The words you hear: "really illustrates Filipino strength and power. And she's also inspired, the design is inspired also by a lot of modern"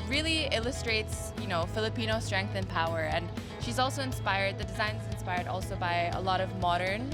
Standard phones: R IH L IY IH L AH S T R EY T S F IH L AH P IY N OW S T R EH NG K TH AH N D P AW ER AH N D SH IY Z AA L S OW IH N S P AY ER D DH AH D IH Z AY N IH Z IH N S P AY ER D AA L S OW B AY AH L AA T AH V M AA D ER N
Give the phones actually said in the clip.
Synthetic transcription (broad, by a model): R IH L IY IH L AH S T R EY T S F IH L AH P IY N OW S T R EH NG K TH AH N P AW ER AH N SH IY Z AA L S OW IH N S P AY ER D DH AH D IH Z AY N IH Z IH N S P AY ER D AA L S OW B AY AH L AA T AH V M AA D ER N